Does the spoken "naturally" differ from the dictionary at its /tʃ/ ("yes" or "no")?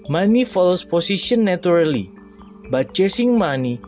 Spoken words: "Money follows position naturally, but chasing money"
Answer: yes